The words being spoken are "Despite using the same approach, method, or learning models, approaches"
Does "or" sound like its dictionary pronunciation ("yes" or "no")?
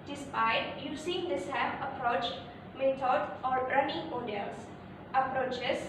yes